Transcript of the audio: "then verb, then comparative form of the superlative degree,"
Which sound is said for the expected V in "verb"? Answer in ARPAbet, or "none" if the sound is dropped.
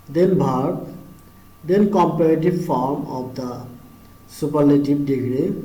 B